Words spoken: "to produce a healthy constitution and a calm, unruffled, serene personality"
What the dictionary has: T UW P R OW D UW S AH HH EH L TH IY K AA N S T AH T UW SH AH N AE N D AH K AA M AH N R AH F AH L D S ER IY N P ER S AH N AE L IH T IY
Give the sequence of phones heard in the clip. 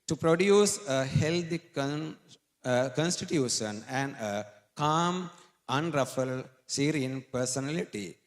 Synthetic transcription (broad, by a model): T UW P R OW D UW S AH HH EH L T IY K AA N S T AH T UW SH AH N AE N D AH K AA M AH N R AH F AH L S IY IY N P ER S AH N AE L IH T IY